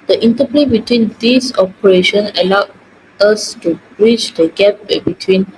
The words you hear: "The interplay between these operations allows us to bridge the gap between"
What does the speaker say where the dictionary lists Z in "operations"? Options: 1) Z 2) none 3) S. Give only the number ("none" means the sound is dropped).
2